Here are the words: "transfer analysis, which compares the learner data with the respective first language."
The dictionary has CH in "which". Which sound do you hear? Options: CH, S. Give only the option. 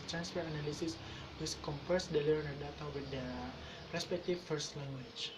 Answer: S